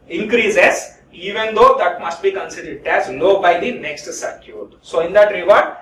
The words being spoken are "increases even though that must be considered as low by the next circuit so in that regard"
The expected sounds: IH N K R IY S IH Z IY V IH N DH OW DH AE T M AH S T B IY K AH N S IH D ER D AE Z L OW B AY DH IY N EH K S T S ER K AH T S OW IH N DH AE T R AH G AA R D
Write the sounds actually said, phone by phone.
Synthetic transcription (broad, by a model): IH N K R IY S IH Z IY V IH N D OW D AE T M AH S T B IY K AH N S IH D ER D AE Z N OW B AY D IY N EH K S T S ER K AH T S OW IH N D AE T R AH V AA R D